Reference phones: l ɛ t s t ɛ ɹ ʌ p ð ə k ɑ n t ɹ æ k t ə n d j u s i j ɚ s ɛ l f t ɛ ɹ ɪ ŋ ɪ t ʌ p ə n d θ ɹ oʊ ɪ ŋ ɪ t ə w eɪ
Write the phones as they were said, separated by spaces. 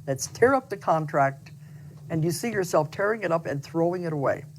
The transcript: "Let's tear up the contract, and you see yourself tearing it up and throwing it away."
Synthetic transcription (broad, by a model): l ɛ t s t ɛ ɹ ʌ p ð ə k ɑ n t ɹ æ k t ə n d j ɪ s i j ɚ s ɛ l f t ɛ ɹ ɪ ŋ ɪ t ʌ p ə n θ ɹ oʊ ɪ ŋ ɪ t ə w eɪ